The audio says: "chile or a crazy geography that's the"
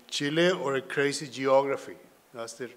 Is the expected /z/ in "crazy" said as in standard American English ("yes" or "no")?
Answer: no